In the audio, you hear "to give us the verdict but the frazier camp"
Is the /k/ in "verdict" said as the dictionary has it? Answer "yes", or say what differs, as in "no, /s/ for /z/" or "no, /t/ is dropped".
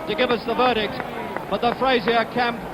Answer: yes